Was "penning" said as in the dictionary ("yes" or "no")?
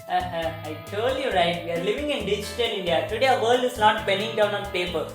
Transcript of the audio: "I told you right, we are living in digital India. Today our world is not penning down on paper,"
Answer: no